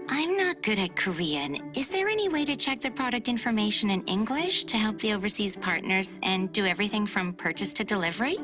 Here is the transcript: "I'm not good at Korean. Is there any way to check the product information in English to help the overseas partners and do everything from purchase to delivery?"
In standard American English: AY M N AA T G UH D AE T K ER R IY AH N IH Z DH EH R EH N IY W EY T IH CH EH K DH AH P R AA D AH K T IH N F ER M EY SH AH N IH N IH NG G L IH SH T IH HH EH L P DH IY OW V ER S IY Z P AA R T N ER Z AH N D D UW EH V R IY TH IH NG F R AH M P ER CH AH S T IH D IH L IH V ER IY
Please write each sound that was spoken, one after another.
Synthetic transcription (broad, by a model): AY M N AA T G UH D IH T K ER R IY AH N IH Z DH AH R EH N IY W EY T IH CH EH K DH AH P R AA D AH K T IH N F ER M EY SH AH N IH N IH NG G L IH SH T IH HH EH L P DH IY OW V ER S IY Z P AA R T N ER Z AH N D D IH EH V R IY TH IH NG F R AH M P ER CH AH S T IH D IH L IH V ER IY